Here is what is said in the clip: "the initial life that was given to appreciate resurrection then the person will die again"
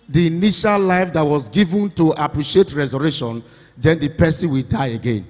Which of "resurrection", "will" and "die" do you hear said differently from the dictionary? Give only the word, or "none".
resurrection